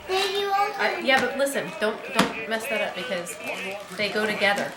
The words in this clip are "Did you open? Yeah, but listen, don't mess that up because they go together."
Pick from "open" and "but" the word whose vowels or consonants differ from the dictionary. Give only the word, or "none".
open